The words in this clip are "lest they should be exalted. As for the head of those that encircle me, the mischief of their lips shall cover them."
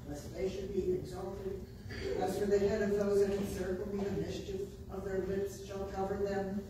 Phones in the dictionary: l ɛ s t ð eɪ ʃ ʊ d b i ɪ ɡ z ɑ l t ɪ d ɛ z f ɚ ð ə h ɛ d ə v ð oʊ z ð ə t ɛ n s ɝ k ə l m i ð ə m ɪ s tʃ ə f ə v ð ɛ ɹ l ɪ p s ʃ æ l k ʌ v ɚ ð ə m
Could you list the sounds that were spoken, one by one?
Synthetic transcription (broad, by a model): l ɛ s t ð eɪ ʃ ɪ d b i ɪ ɡ z ɑ l t ɪ d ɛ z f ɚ ð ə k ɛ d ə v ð oʊ z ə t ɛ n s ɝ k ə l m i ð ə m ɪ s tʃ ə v ə v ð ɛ ɹ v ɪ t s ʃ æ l k ʌ v ɚ ð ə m